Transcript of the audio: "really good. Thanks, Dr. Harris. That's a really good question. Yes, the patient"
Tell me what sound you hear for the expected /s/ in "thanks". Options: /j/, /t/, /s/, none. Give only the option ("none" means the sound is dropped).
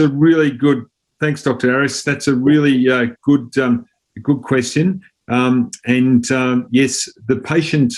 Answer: /s/